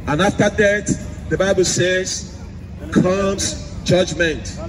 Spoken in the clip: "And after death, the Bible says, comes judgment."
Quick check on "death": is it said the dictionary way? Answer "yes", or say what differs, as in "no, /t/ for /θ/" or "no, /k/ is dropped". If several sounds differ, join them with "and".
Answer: no, /t/ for /θ/